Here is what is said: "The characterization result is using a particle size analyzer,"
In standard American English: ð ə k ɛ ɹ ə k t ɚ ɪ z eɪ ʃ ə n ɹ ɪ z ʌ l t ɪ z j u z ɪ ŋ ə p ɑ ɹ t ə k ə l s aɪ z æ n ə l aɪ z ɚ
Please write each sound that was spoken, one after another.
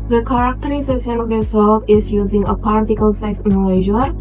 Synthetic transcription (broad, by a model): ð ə k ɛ ɹ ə k t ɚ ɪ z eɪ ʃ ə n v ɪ s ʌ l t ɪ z j u z ɪ ŋ ə p ɑ ɹ t ə k ə l s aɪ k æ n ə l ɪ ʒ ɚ